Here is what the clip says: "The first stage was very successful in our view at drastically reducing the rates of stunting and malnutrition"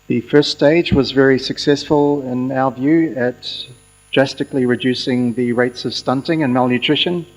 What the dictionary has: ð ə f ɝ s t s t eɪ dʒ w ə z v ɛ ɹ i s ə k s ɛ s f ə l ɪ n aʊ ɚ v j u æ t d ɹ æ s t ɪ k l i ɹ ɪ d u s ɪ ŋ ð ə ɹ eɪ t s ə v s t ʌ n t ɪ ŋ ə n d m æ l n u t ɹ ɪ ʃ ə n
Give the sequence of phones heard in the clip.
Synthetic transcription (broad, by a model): ð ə f ɝ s s t eɪ dʒ w ə z v ɛ ɹ i s ə k s ɛ s f ə l ɪ n aʊ ɚ v j u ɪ t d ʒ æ s t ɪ k l i ɹ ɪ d u s ɪ ŋ ð ə ɹ eɪ t s ə v s t ʌ n t ɪ ŋ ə n m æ l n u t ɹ ɪ ʃ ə n